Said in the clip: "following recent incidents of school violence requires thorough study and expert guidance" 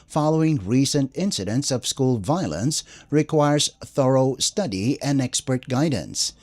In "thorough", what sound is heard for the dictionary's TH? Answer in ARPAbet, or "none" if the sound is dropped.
TH